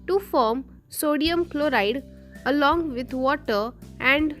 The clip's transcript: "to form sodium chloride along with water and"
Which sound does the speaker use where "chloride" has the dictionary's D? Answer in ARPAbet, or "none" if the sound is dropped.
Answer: D